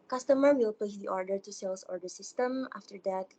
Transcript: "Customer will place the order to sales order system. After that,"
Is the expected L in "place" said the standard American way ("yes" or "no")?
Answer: no